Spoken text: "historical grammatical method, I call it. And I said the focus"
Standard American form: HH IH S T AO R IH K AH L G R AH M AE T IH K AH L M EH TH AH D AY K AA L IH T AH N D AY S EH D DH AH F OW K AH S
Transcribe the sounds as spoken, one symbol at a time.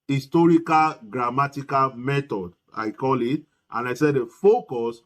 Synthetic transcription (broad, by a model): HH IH S T AO R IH K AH L G R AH M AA T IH K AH L M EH T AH D AY K AA L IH T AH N AY S EH D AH F OW K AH S